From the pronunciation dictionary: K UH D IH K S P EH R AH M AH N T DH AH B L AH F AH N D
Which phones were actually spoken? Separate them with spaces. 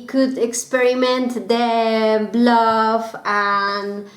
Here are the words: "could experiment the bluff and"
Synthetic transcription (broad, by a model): K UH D IH K S P EH R AH M AH N T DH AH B L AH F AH N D